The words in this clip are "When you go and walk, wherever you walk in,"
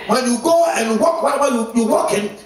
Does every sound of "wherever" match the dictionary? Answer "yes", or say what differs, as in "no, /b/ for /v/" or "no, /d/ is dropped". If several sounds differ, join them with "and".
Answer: no, /w/ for /ɹ/